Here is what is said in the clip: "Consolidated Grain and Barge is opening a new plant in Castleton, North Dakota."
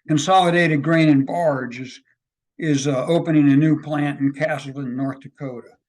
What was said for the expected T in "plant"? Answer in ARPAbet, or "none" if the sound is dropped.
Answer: T